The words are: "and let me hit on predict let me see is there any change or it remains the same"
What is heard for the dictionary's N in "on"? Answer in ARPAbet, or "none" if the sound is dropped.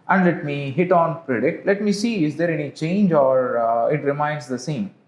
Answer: N